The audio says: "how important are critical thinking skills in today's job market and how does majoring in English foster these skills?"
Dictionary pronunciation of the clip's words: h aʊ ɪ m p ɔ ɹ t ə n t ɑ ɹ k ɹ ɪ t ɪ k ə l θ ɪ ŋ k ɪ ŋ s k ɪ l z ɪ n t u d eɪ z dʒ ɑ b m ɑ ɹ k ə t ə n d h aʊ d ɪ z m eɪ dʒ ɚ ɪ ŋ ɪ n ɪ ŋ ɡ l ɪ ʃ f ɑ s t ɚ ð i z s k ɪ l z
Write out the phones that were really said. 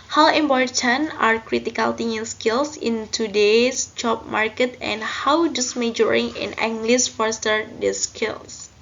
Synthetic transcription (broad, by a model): h aʊ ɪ m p ɔ ɹ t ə n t ɑ ɹ k ɹ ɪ t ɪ k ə l t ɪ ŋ ɪ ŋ s k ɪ l s ɪ n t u d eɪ s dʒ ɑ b m ɑ ɹ k ə t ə n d h aʊ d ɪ s m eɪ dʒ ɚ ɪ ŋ ɪ n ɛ ŋ ɡ l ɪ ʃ f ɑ s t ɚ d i s k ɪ l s